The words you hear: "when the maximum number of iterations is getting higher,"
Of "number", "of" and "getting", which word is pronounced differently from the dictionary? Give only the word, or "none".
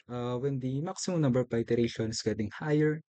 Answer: of